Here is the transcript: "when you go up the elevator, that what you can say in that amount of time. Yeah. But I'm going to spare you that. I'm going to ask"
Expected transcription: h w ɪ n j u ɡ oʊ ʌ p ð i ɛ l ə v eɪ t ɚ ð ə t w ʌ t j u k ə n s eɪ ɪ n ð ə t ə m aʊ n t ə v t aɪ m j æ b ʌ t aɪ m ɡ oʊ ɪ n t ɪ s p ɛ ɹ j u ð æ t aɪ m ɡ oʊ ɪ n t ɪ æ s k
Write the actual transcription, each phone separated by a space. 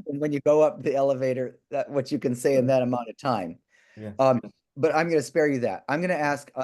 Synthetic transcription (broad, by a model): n w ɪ n j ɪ ɡ oʊ ʌ p ð i ɛ l ə v eɪ t ɚ ð ə t w ʌ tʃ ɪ k ə n s eɪ ɪ n ð ə t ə m aʊ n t ə v t aɪ m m b ʌ t aɪ m ɡ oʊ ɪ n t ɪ s p ɛ ɹ j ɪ ð æ t aɪ m ɡ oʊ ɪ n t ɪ æ s k